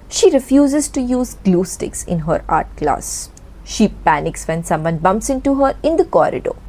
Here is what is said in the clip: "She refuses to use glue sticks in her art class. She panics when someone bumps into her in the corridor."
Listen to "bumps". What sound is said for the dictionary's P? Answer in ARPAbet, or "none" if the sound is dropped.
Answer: P